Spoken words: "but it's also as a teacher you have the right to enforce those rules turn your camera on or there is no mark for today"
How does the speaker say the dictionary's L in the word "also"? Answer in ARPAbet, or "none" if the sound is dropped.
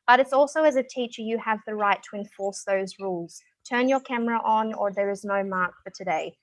L